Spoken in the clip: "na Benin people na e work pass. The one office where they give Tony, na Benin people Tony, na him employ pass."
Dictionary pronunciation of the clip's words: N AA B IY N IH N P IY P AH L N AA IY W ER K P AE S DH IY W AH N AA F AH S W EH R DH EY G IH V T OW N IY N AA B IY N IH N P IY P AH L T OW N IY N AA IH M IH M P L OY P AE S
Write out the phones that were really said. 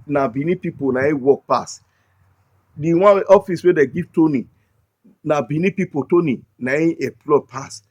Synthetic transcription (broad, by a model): N AA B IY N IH P IY P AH N AA IY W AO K P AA S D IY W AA AA F AH S W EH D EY G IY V T OW N IY N AA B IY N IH P IY P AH T OW N IY N AA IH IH P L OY P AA S